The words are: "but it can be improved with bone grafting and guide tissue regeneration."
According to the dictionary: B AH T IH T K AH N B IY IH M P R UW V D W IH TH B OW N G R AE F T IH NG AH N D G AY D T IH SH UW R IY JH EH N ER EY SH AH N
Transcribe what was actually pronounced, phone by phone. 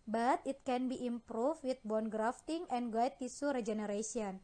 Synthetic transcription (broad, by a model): B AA T IH T K AH N B IY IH M P R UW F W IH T B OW N G R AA F T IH NG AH N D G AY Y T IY S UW R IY JH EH N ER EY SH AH N